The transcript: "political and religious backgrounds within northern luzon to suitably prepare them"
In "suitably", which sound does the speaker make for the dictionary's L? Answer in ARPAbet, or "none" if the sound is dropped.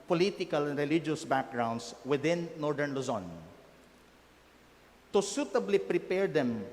L